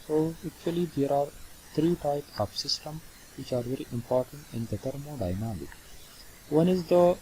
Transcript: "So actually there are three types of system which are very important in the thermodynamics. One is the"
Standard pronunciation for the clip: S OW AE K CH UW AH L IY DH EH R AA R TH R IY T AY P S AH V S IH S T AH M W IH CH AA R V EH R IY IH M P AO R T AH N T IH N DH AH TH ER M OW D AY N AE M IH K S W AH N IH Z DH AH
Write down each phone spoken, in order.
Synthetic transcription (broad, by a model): S OW AE K CH UW AH L IY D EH R AA R T R IY T AY P S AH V S IH S T AH M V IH CH AA R V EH R IY IH M P AO R T AH N T IH N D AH T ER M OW D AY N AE M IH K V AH N IH Z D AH